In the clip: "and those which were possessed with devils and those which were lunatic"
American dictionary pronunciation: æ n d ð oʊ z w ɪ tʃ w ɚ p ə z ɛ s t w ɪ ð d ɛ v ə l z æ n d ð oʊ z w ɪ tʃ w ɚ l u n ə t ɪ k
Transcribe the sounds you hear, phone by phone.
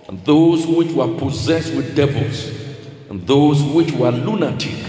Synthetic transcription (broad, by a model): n ð oʊ z w ɪ tʃ w ɚ p ə z ɛ s t w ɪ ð d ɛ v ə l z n ð oʊ z w ɪ tʃ w ɚ l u n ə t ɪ